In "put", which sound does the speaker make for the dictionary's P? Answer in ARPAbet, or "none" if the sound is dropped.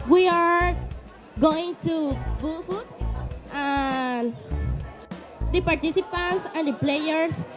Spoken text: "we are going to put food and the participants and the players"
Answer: B